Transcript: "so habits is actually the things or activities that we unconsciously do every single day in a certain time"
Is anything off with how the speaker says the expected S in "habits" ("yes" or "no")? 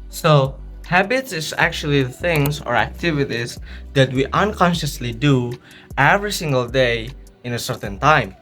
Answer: no